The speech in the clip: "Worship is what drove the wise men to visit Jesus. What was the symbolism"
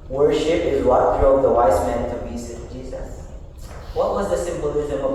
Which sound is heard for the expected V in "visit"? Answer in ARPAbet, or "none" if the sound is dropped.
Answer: B